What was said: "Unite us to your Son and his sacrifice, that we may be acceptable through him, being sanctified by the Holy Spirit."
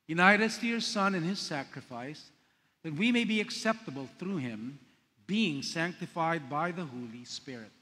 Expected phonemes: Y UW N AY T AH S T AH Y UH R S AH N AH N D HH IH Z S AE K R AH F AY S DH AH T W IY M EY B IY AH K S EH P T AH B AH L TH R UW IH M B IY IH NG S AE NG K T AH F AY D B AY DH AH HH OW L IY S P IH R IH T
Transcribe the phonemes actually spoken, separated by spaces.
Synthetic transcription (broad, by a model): Y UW N AY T AH S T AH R S AH N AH N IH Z S AE K R AH F AY S DH AH T W IY M EY B IY AH K S EH P T AH B AH L TH R UW IH M B IY IH NG S AE NG K T AH F AY D B AY DH AH HH OW L IY S P IH R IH T